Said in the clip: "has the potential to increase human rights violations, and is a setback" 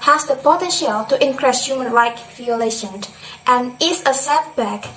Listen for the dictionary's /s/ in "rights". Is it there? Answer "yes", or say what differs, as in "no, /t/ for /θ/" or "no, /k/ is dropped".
no, /s/ is dropped